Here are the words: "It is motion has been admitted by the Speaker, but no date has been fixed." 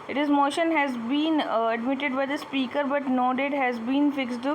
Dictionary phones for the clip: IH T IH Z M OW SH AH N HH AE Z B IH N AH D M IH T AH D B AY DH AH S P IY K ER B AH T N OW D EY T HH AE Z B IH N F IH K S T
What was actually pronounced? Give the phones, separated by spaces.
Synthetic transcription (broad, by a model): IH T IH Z M OW SH AH N HH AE Z B IH N AH D M IH T AH D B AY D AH S P IY K ER B AH T N OW D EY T HH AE Z B IH N F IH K S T